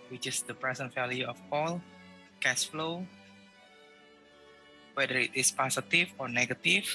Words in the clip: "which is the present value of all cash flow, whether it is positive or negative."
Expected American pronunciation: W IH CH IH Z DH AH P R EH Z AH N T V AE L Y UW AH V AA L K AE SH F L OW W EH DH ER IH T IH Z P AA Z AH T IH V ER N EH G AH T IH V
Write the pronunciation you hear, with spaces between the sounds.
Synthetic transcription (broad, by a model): W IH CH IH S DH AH P R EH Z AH N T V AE L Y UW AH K AA L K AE S F L OW W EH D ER IH T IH S P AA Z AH T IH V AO N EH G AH T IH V